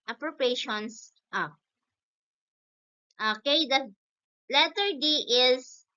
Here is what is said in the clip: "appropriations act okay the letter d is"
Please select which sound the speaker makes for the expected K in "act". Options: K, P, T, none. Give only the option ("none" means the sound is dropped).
none